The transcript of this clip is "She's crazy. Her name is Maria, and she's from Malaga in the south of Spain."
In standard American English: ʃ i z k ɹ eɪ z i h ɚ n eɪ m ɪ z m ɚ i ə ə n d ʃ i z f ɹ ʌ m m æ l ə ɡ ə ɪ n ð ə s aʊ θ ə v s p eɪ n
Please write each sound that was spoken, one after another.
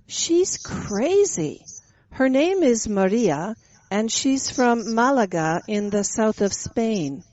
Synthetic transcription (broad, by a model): ʃ i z k ɹ eɪ z i h ɚ n eɪ m ɪ z m ɚ i ə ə n ʃ i z f ɹ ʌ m m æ l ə ɡ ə ɪ n ð ə s aʊ θ ə v s p eɪ n